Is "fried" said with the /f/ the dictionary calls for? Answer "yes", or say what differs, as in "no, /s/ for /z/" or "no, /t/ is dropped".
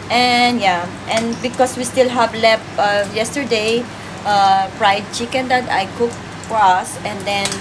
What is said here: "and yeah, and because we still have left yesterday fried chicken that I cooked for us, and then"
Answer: no, /p/ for /f/